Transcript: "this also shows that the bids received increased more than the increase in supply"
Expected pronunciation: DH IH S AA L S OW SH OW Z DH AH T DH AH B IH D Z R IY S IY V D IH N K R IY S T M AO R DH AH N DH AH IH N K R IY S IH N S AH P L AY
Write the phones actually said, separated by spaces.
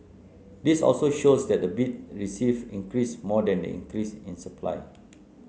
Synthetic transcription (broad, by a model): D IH S AA L S OW SH OW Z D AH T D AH B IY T R IY S IY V IH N K R IY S M AO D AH N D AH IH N K R IY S IH N S AH P L AY